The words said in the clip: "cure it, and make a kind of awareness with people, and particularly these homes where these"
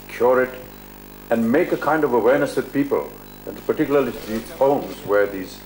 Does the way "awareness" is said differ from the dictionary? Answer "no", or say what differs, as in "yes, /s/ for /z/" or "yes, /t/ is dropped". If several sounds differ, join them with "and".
no